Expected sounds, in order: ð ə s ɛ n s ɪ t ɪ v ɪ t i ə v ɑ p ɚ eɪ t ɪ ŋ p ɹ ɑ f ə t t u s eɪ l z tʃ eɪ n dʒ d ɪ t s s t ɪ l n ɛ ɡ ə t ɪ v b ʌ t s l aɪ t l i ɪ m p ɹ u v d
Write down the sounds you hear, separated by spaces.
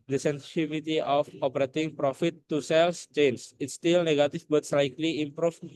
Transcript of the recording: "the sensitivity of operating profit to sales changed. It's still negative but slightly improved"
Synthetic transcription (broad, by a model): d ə s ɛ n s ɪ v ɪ t i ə f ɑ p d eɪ t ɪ ŋ p ɹ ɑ f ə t t u s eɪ l s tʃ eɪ n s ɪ t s s t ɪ l n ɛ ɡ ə t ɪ f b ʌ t s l aɪ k l i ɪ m p ɹ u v